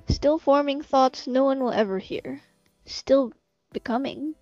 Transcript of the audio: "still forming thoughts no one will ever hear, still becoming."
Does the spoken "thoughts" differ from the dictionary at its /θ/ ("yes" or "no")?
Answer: no